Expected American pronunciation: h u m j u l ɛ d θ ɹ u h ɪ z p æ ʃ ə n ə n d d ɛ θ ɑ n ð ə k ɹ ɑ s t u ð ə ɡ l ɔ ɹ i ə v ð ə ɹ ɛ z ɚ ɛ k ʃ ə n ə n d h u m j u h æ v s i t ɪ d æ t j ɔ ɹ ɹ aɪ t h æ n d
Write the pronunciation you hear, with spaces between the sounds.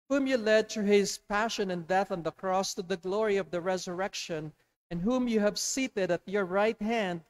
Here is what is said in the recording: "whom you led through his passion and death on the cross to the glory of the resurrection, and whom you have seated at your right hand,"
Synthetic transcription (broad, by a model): h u m j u l ɛ d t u h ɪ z p æ ʃ ə n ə n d d ɛ θ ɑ n ð ə k ɹ ɑ s t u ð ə ɡ l ɔ ɹ i ə v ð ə ɹ ɛ z ɚ ɛ k ʃ ə n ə n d h u m j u h æ v s i t ɪ d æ t j ɔ ɹ ɹ aɪ t h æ n d